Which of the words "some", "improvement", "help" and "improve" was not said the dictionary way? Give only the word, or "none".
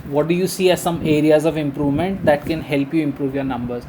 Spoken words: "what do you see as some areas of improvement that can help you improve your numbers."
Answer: none